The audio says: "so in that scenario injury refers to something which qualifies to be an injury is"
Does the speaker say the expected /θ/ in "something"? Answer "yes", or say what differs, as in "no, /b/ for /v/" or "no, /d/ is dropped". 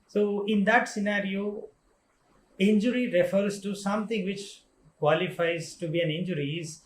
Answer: no, /t/ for /θ/